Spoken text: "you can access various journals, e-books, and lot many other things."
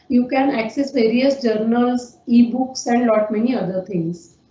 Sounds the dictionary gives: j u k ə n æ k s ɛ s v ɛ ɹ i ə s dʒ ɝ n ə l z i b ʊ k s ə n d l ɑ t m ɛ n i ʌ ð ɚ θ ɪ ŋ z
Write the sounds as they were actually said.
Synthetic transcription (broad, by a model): j u k ə n æ k s ɛ s v ɛ ɹ i ə s dʒ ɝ n ə l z i b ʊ k s ə n d l ɑ t m ɛ n i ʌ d ɚ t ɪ ŋ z